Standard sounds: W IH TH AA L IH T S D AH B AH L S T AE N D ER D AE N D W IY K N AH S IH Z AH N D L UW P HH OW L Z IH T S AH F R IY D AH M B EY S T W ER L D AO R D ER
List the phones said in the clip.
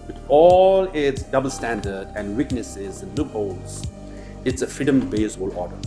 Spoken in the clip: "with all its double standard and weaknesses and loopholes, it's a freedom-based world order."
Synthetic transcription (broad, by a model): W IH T AA L IH T S D AH B AH L S T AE N D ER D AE N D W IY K N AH S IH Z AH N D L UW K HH OW L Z IH T S AH F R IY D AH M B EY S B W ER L AO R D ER